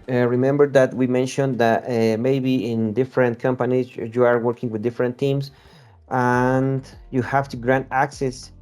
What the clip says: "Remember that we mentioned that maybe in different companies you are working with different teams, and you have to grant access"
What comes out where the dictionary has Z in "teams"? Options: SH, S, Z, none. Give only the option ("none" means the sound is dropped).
S